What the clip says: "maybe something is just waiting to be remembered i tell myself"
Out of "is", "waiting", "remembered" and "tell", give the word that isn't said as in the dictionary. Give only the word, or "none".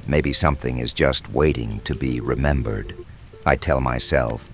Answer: none